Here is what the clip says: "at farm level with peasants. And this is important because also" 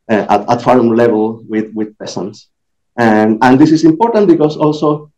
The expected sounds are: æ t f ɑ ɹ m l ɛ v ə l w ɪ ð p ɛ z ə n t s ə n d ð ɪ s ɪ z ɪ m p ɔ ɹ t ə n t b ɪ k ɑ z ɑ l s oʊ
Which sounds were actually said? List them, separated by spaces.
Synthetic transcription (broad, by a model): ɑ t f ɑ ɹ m l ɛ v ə l w ɪ ð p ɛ s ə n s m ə n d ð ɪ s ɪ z ɪ m p ɔ ɹ t ə n t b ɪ k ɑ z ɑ l s oʊ